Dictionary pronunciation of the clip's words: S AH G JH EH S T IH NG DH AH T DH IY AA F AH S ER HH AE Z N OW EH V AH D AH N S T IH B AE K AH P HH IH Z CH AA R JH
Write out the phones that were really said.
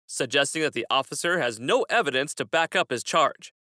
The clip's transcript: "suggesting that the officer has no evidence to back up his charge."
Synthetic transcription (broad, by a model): S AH G JH EH S T IH NG DH AH T DH IY AA F AH S ER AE Z N OW EH V AH D AH N S T IH B AE K AH P HH IH Z CH AA R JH